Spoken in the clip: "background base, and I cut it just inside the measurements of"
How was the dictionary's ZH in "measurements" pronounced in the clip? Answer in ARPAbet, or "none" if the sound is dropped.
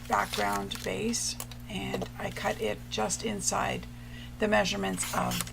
ZH